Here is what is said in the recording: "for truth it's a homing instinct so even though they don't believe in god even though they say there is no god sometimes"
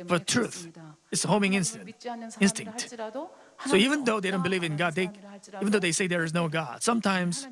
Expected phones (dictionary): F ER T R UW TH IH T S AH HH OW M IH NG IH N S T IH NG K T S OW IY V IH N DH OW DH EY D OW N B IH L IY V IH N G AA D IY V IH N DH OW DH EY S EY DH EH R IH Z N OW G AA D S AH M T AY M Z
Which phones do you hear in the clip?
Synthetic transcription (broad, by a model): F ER T R UW TH IH T S AH HH OW M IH NG IH N S T IH NG K T S OW IY V IH N DH OW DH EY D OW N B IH L IY V IH N G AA D IY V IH N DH OW DH EY S EY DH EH R IH Z N OW G AA D S AH M T AY M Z